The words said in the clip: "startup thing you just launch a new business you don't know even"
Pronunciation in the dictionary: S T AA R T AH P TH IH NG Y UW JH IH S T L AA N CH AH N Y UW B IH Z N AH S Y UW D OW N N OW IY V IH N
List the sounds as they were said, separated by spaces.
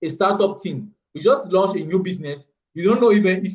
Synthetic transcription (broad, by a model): S T AA T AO P T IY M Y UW JH IH S T L AA N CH AH N Y UW B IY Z N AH S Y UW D OW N N OW IY V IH N